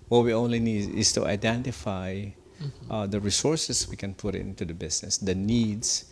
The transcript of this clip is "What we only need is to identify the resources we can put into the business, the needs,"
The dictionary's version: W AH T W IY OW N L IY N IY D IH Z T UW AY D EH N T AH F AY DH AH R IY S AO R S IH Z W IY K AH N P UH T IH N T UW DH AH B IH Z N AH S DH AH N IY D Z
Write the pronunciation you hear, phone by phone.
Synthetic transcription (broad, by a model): W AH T W IY OW N L IY N IY D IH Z T UW AY D EH N T AH F AY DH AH R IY S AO R S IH S W IY K AH N P UH T IH N T UW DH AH B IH S N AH S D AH N IY D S